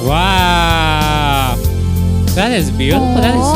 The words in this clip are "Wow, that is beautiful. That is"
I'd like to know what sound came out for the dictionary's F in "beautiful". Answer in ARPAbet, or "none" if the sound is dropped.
none